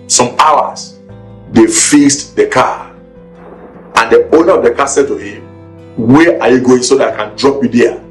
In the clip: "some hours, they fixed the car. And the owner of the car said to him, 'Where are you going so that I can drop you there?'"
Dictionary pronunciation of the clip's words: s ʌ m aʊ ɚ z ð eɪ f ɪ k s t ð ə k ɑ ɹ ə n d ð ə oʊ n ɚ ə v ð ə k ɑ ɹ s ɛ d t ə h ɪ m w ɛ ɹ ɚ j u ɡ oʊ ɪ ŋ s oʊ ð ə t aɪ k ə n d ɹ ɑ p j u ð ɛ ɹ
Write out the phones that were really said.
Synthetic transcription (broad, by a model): s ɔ m aʊ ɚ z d eɪ f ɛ s t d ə k ɑ ə n d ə oʊ n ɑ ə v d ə k ɑ s ɛ d t ə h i m w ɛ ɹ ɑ j u ɡ oʊ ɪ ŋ s oʊ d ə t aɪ k ə n d ɹ ɑ p j u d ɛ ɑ